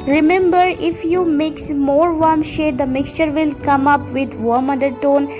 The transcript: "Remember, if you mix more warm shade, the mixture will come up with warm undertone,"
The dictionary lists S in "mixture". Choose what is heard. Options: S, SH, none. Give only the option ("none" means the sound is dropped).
S